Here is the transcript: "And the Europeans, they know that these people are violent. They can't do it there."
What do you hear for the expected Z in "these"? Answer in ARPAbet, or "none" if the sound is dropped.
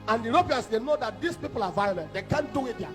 S